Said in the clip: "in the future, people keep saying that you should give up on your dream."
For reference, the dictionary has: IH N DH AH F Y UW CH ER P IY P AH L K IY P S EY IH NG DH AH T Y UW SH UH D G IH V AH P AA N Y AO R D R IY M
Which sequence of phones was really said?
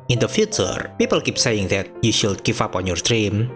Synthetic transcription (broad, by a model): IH N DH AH F Y UW CH ER P IY P AH L K IY P S EY IH NG DH AH T Y UW SH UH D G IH F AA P AA N Y AO R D R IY M